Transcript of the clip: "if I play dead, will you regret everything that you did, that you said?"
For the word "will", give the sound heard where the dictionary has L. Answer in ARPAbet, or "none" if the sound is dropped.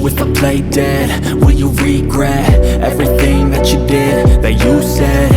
N